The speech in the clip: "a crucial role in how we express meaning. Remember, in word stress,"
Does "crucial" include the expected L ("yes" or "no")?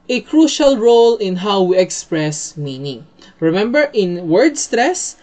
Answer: yes